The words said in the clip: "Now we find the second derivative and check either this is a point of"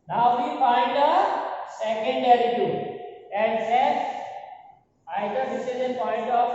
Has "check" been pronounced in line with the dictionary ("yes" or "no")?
no